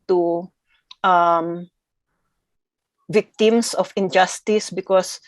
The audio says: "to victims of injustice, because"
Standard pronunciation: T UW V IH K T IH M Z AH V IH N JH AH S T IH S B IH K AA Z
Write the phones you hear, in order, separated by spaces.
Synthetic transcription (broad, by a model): T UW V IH K T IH M S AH F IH N JH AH S T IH S B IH K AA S